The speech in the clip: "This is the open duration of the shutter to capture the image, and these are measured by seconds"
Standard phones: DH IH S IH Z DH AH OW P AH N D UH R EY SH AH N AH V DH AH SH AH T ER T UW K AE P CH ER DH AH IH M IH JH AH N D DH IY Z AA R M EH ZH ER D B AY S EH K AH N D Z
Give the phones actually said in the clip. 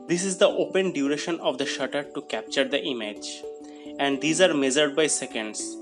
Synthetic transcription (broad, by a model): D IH S IH Z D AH OW P AH N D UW R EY SH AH N AH V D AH SH AH T ER T UW K AE P CH ER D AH IH M IH JH AH N D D IY Z AA R M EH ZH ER D B AY S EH K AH N D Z